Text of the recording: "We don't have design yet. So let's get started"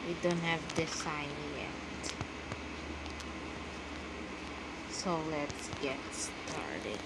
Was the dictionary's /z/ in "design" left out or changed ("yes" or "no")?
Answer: yes